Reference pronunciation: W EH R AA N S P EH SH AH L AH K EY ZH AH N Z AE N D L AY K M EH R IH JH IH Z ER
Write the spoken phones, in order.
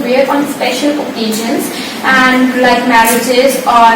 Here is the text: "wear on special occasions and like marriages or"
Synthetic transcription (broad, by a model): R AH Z AA N S P EH SH AH L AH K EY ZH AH N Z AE N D L AY K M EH R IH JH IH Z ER